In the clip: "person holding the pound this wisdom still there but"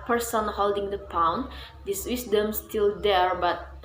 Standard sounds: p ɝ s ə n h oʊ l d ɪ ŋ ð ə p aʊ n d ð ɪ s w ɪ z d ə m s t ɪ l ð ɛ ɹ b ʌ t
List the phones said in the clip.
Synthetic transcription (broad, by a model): p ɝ s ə n h oʊ l d ɪ ŋ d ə p aʊ n d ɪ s w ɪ s d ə m s t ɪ l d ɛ ɹ b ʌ t